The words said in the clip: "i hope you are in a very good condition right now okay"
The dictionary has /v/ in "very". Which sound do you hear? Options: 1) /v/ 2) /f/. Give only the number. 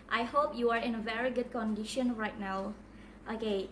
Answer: 1